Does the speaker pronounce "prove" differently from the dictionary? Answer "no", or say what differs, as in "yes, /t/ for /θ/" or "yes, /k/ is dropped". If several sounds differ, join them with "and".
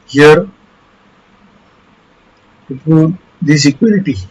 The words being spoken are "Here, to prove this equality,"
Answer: yes, /ɹ/ is dropped